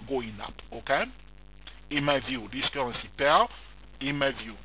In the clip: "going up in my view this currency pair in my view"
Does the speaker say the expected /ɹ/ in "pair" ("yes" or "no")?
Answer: no